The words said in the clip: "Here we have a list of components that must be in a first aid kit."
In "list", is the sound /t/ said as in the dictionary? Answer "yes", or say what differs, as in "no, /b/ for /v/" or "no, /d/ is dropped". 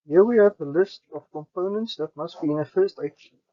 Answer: yes